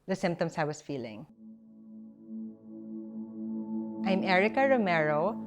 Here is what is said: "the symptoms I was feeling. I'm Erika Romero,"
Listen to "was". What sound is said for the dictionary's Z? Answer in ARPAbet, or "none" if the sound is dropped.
S